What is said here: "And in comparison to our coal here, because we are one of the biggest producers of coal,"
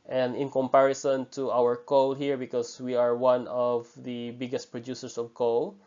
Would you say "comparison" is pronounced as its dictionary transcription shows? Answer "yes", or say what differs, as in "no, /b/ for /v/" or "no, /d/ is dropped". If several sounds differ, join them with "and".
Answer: yes